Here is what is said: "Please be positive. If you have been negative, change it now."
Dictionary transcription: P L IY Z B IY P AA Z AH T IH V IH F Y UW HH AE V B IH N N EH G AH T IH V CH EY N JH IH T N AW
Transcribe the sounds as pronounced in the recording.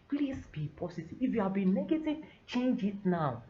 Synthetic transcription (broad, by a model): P L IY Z B IY P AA S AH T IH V IH F Y UW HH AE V B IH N N EH G AH T IH V CH EY N JH IH T N AW